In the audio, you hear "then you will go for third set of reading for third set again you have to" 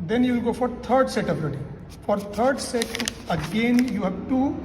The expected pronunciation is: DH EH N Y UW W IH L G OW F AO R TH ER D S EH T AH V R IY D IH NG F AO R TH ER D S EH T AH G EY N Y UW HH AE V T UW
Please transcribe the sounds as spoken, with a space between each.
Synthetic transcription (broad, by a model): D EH N Y UW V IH L G OW F AO R T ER D S EH T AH B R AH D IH F AO R T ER D S EH T AH G EY N Y UW HH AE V T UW